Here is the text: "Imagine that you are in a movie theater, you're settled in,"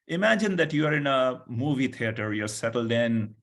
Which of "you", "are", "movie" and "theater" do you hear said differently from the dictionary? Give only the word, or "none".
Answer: theater